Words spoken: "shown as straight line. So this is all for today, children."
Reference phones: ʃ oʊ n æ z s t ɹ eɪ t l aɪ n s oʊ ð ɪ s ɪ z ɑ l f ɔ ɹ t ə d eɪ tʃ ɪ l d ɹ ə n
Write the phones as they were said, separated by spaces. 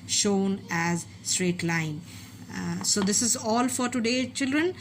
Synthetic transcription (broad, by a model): ʃ oʊ n æ z s t ɹ eɪ t l aɪ n s oʊ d ɪ s ɪ z ɑ l f ɔ ɹ t ə d eɪ tʃ ɪ l d ɹ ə n